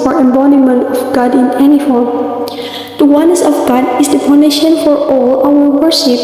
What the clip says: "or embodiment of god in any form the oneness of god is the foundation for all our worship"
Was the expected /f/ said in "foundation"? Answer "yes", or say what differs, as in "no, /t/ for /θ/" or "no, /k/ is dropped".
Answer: no, /p/ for /f/